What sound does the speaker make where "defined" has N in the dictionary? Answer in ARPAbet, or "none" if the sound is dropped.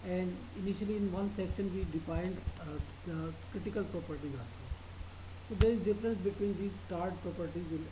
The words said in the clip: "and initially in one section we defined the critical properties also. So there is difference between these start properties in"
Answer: N